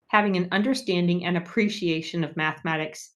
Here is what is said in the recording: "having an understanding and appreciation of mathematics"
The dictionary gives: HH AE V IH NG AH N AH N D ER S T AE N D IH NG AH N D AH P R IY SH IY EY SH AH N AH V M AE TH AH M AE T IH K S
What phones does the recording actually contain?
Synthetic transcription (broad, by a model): HH AE V IH NG AH N AH N D ER S T AE N D IH NG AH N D AH P R IY SH IY EY SH AH N AH V M AE TH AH M AE T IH K S